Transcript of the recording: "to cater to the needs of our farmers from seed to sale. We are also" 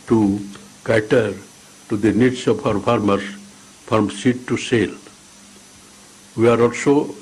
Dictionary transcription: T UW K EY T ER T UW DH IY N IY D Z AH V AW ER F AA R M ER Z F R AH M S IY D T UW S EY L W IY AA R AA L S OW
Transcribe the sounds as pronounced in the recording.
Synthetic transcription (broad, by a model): T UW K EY T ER T UW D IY N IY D S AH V AW ER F AA R M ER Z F R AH M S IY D T UW S EY L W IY AA R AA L S OW